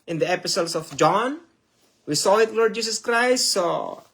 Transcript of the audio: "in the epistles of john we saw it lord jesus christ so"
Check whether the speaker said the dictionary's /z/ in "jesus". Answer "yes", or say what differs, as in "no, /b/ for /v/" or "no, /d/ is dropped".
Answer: no, /s/ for /z/